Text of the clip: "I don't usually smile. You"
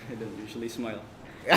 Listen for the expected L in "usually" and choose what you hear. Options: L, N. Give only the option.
L